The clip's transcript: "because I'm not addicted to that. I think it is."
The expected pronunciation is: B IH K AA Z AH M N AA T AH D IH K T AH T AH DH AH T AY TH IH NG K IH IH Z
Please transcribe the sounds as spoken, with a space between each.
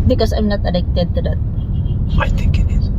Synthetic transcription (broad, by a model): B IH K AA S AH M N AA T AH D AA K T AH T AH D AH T AY T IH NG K IH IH